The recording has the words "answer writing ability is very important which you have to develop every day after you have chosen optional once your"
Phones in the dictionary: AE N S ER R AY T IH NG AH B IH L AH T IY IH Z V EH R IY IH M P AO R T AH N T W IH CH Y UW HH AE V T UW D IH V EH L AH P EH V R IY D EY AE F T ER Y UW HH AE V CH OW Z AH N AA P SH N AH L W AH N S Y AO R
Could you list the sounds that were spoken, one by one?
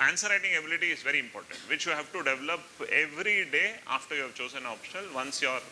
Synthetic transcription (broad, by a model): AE N S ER R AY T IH NG AH B IH L AH T IY IH Z V EH R IY IH M P AO R T AH N T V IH CH Y UW HH AE V T UW D IH V EH L AH P EH V R IY D EY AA F T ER Y UW HH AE V CH OW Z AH N AA P SH N AH L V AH N S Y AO R